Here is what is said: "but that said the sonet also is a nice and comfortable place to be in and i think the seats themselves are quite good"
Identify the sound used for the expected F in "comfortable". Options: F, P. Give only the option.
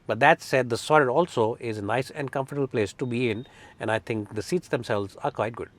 F